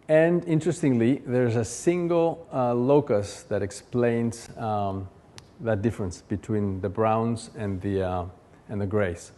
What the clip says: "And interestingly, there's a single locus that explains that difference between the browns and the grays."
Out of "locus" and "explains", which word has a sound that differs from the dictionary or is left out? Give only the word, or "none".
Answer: none